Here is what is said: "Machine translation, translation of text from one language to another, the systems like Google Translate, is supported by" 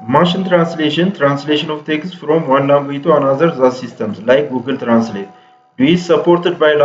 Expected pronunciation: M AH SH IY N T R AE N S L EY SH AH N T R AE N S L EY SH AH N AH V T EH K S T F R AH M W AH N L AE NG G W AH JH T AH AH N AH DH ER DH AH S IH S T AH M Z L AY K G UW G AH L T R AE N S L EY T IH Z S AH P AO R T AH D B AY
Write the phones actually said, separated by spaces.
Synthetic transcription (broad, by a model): M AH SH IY N T R AE N S L EY SH AH N T R AE N S L EY SH AH N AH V T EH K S F R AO M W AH N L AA G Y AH T AH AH N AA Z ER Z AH S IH S T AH M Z L AY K G UW G AH L T R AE N S L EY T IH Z S AH P AO R T AH D B AY